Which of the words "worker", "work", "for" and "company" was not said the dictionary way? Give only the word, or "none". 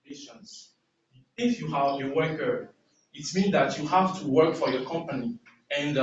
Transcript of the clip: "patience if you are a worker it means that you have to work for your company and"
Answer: none